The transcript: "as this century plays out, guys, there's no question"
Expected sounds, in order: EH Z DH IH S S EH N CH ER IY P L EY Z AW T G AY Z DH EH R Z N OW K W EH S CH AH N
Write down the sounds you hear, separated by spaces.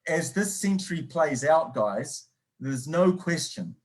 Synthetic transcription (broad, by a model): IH Z DH IH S S EH N CH ER IY P L EY Z AW T G AY Z DH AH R Z N OW K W EH S CH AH N